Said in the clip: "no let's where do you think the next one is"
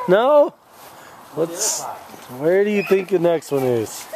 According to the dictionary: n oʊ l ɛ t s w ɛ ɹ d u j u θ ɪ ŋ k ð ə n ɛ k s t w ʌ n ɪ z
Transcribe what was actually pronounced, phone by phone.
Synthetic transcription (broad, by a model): n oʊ w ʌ t s w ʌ ɹ d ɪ j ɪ θ ɪ ŋ k ð ə n ɛ k s t w ʌ n ɪ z